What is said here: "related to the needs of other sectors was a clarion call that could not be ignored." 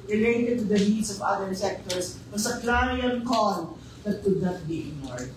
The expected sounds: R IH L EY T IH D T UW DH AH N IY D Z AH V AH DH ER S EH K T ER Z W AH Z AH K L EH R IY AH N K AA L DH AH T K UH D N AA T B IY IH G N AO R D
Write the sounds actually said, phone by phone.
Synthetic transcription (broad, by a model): R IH L EY T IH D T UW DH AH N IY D S AH V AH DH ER S EH K T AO S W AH S AH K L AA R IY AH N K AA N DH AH T K UH D N AA T B IY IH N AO R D